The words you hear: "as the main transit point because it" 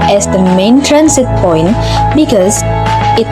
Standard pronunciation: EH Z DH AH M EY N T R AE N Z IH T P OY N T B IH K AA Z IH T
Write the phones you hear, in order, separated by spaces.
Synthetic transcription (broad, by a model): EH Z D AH M EY N T R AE N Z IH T P OY N T B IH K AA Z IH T